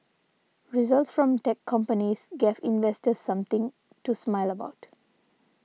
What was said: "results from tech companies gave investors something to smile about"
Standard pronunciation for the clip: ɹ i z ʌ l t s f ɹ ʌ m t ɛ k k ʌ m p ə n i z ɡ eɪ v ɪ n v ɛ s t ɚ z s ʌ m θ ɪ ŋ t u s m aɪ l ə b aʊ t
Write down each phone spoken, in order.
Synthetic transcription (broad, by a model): ɹ i z ʌ l t s f ɹ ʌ m t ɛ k k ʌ m p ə n i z ɡ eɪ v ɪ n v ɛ s t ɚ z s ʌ m t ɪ ŋ t u s m aɪ l ə b aʊ t